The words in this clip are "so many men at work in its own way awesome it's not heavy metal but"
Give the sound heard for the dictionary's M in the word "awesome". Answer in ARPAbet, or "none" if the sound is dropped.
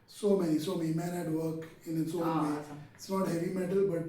none